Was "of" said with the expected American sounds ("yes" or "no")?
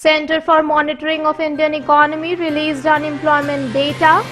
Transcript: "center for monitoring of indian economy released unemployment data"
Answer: no